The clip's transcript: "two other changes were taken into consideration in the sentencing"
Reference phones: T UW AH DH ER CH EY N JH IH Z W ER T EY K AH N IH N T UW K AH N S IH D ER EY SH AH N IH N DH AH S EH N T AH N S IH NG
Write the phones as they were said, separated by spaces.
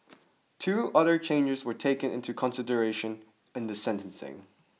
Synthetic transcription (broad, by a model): T UW AH DH ER CH EY N JH IH Z W ER T EY K AH N IH N T UW K AH N S IH D ER EY SH AH N IH N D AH S EH N T AH N S IH NG